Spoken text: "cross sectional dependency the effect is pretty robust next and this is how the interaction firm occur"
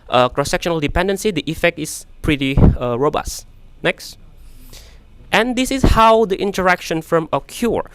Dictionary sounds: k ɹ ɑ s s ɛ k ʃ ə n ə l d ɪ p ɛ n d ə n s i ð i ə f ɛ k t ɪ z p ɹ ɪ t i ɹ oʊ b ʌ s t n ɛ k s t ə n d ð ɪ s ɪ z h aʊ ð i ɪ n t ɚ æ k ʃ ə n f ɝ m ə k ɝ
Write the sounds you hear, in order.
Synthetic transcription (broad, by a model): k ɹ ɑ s s ɛ k ʃ ə n ə l d ɪ p ɛ n d ə n s i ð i ə f ɛ k t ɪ s p ɹ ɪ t i ɹ oʊ b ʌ s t n ɛ k s t ə n d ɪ s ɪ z h aʊ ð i ɪ n t ɚ æ k ʃ ə n f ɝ m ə k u